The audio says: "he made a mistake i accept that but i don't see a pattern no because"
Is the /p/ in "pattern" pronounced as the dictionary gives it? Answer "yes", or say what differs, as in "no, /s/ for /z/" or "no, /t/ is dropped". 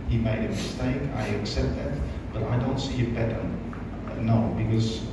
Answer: no, /b/ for /p/